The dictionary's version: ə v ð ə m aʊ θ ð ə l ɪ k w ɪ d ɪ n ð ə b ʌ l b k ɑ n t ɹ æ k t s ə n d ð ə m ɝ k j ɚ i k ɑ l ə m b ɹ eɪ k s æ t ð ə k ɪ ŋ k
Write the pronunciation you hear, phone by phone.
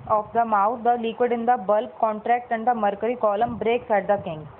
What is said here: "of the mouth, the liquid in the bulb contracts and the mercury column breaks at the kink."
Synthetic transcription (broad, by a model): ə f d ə m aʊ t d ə l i k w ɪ d ɪ n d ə b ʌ l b k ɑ n t ɹ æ k t ə n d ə m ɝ k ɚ i k ɑ l ə m b ɹ eɪ k s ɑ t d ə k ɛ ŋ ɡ